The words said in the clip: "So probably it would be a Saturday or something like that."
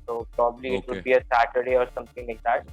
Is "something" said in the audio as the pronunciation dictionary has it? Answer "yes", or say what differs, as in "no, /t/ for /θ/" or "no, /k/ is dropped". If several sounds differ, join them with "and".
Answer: no, /t/ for /θ/